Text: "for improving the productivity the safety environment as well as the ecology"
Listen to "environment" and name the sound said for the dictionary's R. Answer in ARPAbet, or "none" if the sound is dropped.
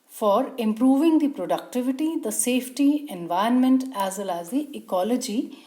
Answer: none